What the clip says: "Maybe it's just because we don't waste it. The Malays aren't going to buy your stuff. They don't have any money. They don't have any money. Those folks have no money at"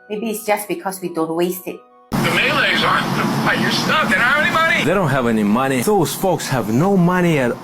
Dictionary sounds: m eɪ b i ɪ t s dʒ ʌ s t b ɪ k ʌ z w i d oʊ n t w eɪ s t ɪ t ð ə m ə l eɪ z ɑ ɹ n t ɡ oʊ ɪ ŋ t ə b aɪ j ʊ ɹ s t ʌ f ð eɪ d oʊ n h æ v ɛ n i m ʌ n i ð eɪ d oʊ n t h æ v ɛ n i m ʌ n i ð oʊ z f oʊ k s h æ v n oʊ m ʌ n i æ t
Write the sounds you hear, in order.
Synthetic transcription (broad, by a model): m eɪ b i ɪ t s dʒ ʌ s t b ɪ k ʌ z w i d oʊ n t w eɪ s t ɪ t ð ə m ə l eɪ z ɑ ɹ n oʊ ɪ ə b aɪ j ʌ ɹ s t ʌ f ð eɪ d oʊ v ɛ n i m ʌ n i ð eɪ d oʊ n t h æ v ɛ n i m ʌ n i ð oʊ z f oʊ k s h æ v n oʊ m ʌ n i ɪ t